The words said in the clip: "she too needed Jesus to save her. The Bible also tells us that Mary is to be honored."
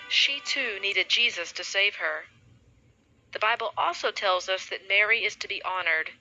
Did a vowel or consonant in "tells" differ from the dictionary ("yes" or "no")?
no